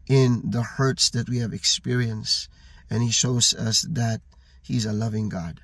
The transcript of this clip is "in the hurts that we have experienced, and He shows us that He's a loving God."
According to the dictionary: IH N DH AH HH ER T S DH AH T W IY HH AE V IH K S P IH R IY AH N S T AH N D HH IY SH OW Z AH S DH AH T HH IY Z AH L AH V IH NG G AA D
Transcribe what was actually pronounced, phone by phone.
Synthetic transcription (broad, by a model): IH N DH AH HH ER T S DH AH T W IY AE V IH K S P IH R IY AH N S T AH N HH IY SH OW Z AH S DH AH T HH IY Z AH L AH V IH NG G AA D